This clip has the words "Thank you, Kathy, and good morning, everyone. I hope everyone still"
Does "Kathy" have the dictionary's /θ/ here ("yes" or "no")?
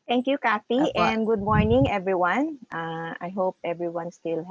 no